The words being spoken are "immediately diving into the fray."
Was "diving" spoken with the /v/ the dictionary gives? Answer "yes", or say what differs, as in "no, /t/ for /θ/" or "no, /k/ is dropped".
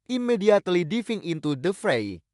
no, /f/ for /v/